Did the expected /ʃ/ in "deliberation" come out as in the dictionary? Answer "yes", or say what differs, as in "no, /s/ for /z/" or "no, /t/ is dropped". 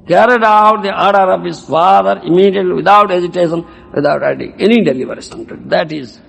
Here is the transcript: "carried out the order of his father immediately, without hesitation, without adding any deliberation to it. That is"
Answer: no, /s/ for /ʃ/